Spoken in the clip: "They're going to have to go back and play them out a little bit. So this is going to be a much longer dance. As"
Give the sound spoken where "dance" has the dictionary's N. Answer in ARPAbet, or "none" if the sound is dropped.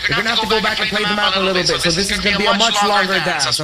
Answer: none